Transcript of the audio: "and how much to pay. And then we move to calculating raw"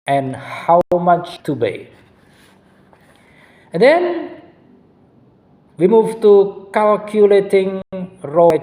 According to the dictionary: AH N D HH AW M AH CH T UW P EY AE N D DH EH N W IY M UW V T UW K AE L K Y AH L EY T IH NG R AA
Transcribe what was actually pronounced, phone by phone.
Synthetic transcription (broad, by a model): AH N HH AW M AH CH T UW B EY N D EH N W IY M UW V T UW K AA L K Y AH L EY T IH NG R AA